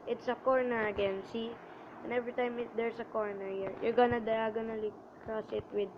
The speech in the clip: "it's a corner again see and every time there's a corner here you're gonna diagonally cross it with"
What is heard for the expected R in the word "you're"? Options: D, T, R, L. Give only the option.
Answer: R